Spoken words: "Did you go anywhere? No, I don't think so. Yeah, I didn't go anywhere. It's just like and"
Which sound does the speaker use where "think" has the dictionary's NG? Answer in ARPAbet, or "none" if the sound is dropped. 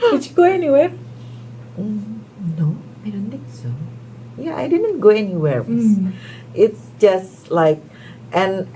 none